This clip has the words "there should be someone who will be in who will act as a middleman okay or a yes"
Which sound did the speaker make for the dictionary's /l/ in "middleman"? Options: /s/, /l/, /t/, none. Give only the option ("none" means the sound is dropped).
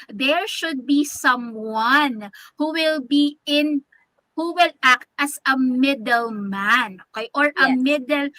/l/